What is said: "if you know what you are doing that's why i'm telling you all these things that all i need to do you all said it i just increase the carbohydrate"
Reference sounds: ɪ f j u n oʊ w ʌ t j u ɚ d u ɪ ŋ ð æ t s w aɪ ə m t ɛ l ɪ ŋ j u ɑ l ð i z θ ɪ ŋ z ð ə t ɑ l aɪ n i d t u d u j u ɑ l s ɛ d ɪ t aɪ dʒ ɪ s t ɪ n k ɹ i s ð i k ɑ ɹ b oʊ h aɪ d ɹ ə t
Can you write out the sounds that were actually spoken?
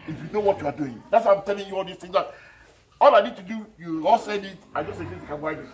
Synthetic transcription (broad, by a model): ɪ f j u n oʊ w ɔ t j u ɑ d u ɪ ŋ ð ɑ t s w aɪ ə m t ɛ l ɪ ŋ j u ɑ l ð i s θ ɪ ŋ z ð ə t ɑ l aɪ n i d t u d u j u ɑ l s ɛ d ɪ t aɪ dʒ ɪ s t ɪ k i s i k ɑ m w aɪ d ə